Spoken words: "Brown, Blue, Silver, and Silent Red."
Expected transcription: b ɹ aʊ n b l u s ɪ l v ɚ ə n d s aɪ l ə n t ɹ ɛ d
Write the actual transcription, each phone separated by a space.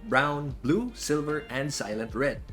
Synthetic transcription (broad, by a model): b ɹ aʊ n b l u s ɪ l v ɚ ə n d s aɪ l ə n t ɹ ɛ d